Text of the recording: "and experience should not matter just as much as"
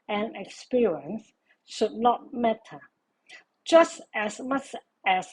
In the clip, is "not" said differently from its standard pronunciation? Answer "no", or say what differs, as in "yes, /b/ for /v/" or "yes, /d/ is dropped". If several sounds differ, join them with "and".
no